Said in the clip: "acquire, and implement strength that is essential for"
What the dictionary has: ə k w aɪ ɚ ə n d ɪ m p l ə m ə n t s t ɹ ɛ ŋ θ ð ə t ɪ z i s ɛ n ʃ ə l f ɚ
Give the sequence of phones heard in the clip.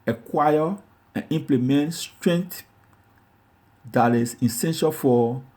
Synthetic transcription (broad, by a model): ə k w aɪ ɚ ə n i m p l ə m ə n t s t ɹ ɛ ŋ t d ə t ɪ s i s ɛ n ʃ ə l f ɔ